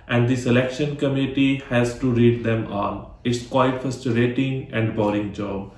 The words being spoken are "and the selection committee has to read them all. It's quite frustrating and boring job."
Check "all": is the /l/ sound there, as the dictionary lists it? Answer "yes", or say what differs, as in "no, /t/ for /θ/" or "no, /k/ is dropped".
no, /n/ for /l/